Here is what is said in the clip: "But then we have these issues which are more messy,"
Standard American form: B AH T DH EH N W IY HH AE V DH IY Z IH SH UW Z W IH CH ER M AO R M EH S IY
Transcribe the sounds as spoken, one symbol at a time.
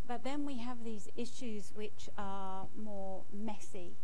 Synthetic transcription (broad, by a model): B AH T DH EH N W IY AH V DH IY Z IH SH UW Z W IH CH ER M AO M EH S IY